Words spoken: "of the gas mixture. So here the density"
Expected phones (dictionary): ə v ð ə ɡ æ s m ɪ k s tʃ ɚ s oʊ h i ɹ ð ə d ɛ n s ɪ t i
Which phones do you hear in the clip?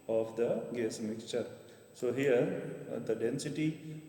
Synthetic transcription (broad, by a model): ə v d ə ɡ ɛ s m ɪ k s tʃ ɚ s oʊ h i ɹ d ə d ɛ n s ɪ t i